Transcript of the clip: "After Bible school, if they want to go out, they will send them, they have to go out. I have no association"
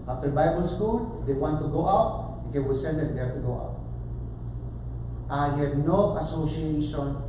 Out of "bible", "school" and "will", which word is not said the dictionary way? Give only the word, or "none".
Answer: will